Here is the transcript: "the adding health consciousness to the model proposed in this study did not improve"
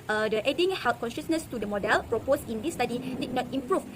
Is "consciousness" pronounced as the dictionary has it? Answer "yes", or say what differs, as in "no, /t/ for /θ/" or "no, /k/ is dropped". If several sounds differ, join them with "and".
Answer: yes